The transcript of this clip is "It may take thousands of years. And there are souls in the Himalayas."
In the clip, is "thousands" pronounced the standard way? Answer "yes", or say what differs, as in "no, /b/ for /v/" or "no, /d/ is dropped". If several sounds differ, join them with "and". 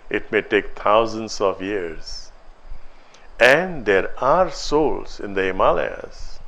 no, /t/ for /θ/